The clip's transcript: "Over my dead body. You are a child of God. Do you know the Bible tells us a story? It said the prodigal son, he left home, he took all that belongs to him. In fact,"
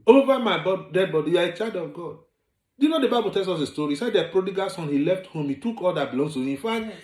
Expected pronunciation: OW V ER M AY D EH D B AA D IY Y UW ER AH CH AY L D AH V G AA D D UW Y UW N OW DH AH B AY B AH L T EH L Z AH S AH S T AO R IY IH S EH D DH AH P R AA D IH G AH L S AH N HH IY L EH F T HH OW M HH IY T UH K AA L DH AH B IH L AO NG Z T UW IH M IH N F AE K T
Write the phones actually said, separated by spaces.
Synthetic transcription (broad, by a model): OW V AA M AY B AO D B AA D IY Y UW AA AH CH AY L D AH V G AA D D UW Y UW N OW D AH B AY B AH L T EH L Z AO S AH S T AO R IY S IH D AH P R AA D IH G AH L S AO N HH IY L EH F T HH OW M HH IY T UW K AA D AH B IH L AO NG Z T UW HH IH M F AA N